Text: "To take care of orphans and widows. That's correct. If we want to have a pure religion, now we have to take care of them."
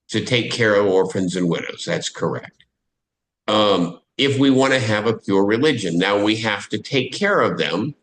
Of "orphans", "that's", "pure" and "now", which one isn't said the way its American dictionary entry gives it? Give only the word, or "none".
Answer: none